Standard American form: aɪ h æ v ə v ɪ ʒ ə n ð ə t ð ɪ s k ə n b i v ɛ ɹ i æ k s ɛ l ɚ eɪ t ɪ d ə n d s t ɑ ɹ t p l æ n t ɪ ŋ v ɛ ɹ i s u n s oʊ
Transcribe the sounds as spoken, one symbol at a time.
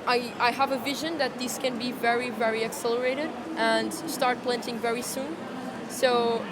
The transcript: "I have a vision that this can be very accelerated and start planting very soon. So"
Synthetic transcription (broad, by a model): aɪ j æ v ə v ɪ ʒ ə n ð ə t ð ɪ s k ə n b i v ɛ ɹ i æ k s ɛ l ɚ eɪ t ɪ d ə n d s t ɑ ɹ t p l æ n t ɪ ŋ v ɛ ɹ i s u n s oʊ